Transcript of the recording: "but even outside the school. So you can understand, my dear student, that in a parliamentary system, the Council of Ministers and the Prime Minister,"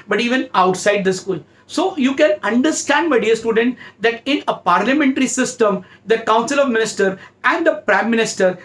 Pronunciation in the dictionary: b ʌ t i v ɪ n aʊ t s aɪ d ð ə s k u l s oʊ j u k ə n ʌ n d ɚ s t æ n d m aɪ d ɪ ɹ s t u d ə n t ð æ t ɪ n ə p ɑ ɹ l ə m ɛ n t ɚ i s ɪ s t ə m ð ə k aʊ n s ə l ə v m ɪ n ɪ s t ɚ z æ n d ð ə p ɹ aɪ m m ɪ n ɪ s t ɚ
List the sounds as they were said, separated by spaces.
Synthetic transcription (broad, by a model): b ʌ t i v ɪ n aʊ t s aɪ d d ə s k u l s oʊ j u k ə n ʌ n d ɚ s t æ n d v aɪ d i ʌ s t u d ə n t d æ t ɪ n ə p ɑ ɹ l ə m ɛ n t ɚ i s ɪ s t ə m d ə k aʊ n s ə l ə v m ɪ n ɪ s t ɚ æ n d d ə p ɹ aɪ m m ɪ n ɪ s t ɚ